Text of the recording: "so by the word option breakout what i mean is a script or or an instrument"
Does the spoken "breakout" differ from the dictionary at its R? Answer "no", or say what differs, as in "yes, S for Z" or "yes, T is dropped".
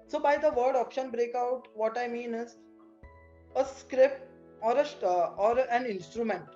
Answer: no